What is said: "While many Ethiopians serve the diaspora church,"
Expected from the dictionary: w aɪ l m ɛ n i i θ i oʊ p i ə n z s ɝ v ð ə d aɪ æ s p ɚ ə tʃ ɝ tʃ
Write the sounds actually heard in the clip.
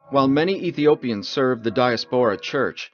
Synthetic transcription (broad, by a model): w aɪ l m ɛ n i i θ i oʊ p i ə n z s ɝ v ð ə d aɪ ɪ s p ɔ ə tʃ ɝ tʃ